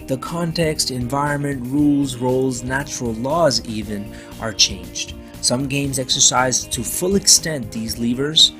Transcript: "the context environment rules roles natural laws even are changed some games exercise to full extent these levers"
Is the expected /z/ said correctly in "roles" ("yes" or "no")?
yes